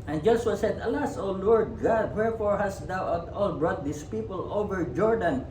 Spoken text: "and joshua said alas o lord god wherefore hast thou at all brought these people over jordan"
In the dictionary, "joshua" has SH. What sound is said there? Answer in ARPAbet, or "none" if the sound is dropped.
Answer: S